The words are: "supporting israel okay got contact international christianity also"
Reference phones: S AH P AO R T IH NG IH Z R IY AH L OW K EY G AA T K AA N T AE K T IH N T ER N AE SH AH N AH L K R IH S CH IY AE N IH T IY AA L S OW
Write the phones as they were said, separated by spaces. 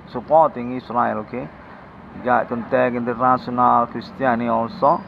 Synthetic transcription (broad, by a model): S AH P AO T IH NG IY S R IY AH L OW K EY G AA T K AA N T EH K IH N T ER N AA S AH N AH L K R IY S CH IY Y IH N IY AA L S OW